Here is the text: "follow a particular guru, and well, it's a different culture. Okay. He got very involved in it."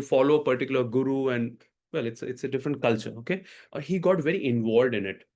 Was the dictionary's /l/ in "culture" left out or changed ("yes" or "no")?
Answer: no